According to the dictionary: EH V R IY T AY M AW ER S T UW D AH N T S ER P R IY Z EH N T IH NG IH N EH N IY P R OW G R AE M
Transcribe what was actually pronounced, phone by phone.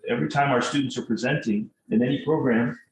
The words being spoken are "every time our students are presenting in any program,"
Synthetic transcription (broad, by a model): EH V R IY T AY M AW ER S T UW D N T S ER P R IY Z EH N T IH NG IH N EH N IY P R OW G R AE M